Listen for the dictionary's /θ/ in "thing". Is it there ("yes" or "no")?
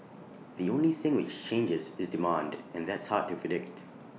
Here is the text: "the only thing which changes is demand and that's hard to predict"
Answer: yes